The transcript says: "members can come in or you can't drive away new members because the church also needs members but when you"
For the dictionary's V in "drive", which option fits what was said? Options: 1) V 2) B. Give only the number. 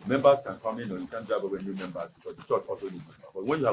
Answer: 2